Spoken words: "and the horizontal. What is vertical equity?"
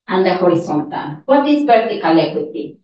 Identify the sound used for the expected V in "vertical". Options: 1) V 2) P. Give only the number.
2